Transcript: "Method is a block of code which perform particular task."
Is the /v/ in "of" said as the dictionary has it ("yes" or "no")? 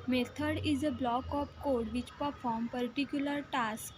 no